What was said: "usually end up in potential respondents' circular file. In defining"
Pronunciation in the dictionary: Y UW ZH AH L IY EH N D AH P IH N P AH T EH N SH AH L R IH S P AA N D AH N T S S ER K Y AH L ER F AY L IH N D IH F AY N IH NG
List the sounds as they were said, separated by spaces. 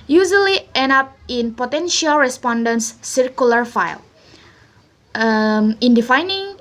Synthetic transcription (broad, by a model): Y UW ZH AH L IY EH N AH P IH N P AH T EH N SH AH L R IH S P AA N D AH N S S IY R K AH L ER F AY L IH N D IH F AY N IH NG